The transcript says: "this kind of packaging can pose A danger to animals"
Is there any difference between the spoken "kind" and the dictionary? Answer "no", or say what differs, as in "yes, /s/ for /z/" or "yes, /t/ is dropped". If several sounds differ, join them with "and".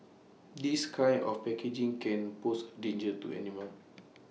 yes, /d/ is dropped